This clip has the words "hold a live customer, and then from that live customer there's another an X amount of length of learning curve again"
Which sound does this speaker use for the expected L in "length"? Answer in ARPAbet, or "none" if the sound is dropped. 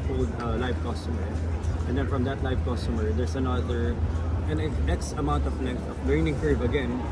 N